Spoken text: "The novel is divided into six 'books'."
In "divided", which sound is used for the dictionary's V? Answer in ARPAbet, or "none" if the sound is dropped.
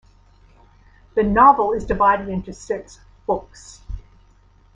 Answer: V